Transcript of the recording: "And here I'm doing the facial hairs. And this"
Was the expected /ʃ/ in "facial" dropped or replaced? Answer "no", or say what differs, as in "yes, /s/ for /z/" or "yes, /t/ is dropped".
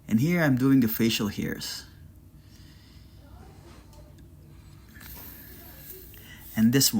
no